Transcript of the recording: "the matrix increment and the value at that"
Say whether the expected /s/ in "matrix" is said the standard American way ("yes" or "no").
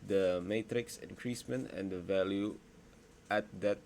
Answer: yes